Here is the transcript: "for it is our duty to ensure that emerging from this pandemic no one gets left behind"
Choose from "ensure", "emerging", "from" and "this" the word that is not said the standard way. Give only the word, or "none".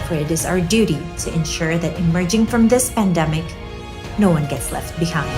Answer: none